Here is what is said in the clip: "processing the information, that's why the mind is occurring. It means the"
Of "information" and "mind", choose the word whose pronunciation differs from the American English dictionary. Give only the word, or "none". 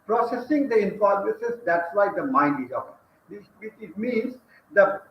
information